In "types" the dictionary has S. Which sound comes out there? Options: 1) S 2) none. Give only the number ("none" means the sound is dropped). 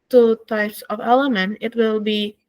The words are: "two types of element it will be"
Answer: 1